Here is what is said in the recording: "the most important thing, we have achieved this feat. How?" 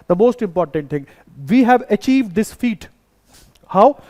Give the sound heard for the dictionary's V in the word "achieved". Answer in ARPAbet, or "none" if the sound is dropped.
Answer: V